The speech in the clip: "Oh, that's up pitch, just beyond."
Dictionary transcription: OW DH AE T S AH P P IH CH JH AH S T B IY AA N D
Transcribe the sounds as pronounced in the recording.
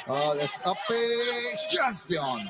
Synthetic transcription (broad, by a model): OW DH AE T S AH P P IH S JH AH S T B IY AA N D